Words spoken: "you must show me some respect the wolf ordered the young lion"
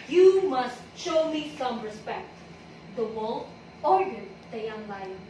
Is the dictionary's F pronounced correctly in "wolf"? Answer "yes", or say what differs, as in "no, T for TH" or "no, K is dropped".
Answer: no, F is dropped